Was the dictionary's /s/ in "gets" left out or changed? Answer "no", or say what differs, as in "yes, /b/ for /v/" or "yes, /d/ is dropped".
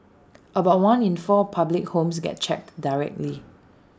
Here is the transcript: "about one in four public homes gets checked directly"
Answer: yes, /s/ is dropped